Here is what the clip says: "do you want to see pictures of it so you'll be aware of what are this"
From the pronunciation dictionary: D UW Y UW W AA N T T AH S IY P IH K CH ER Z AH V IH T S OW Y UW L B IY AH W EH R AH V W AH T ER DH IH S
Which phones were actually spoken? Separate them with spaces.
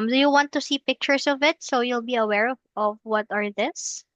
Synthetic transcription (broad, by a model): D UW Y UW W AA N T T AH S IY P IH K CH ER S AH V IH T S OW Y UW L B IY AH W EH R AH V W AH T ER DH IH S